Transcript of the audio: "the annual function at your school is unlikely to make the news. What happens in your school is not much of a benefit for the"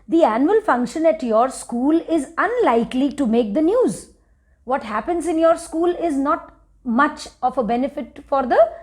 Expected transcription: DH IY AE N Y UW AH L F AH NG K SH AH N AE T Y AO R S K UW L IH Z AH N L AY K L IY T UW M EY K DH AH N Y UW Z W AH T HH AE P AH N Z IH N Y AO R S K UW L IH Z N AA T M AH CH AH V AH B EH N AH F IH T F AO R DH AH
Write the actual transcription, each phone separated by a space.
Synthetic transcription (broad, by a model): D IY AE N Y UW AH L F AH NG K SH AH N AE T Y AO R S K UW L IH Z AH N L AY K L IY T UW M EY K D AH N Y UW Z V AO T HH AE P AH N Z IH N Y AO R S K UW L IH Z N AA T M AH CH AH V AH B EH N AH F IH T F AO R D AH